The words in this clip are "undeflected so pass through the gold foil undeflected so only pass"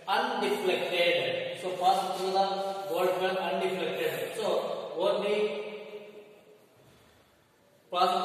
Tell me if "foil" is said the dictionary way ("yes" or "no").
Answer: no